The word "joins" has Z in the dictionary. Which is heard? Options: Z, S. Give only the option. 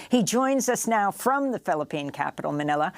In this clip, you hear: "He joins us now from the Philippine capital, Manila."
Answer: Z